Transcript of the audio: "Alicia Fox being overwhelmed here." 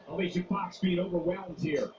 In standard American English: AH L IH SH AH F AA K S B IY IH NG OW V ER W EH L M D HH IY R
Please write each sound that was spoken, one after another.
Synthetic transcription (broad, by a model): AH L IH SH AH P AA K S B IY IH NG OW V ER W EH L M D HH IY R